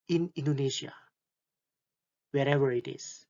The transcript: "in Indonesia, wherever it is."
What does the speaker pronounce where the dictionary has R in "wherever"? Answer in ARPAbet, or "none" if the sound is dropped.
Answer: R